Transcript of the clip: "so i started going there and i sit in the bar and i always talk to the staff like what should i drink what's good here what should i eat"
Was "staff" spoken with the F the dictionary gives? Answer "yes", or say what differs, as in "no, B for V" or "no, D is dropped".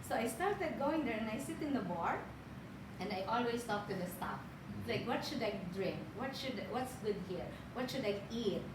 no, P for F